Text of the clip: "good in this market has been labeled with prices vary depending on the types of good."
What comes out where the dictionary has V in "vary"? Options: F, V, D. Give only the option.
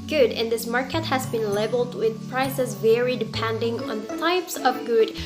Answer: V